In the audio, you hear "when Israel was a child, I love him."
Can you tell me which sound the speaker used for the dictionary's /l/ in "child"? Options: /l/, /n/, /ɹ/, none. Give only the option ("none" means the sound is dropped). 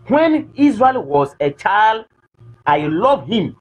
/l/